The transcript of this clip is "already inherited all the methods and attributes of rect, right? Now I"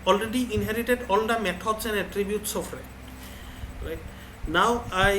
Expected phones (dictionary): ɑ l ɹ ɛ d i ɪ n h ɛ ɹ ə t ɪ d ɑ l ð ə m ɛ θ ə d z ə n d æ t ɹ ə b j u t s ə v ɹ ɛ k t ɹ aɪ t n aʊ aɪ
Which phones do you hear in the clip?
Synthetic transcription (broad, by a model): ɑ l ɹ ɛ d i ɪ n h ɛ ɹ ə t ɪ d ɑ l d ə m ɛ t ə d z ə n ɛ t ɹ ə b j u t s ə f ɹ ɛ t ɹ aɪ t n aʊ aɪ